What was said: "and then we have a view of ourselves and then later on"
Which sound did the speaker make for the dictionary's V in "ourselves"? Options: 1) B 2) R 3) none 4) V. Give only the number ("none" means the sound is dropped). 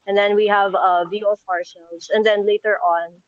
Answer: 3